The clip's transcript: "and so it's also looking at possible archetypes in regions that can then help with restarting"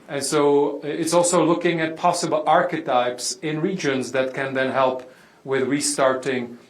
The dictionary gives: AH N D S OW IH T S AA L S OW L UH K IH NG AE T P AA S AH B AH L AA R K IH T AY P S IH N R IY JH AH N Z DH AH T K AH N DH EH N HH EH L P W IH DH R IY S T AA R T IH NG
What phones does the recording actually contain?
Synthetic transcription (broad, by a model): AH N S OW IH T S AA L S OW L UH K IH NG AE T P AA S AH B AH L AA R K IH T AY P S IH N R IY JH AH N Z DH AH T K AH N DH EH N HH EH L P W IH DH R IY S T AA R T IH NG